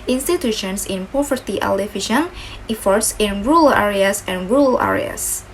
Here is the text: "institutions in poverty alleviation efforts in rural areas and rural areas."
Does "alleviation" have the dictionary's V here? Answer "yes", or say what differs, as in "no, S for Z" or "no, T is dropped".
no, F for V